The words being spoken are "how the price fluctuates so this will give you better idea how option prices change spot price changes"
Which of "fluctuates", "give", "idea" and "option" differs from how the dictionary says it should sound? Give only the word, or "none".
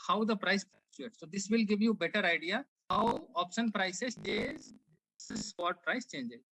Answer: fluctuates